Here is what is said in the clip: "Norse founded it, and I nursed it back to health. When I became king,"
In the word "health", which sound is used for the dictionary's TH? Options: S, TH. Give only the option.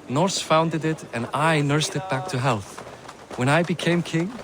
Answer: TH